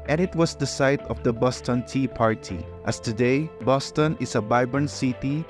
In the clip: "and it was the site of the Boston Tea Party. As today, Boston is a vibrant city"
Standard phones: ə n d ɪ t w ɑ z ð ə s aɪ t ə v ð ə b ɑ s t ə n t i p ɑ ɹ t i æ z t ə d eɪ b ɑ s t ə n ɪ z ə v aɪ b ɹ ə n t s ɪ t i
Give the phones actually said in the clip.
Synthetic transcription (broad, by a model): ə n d ɪ t w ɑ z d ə s aɪ t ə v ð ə b ɑ s t ə n t i p ɑ ɹ t i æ s t ə d eɪ b ɑ s t ə n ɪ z ə b aɪ b ə n s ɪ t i